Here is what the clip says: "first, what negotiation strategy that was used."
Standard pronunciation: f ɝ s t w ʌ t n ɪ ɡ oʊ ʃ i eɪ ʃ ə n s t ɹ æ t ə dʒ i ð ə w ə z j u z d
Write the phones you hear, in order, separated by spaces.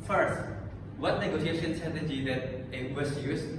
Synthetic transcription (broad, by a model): f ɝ s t w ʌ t n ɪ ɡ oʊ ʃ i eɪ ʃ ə n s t ʌ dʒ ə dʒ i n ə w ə s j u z